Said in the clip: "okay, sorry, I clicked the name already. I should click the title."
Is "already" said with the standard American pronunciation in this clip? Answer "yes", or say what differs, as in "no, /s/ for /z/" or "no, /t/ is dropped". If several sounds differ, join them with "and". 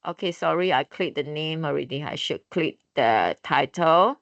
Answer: yes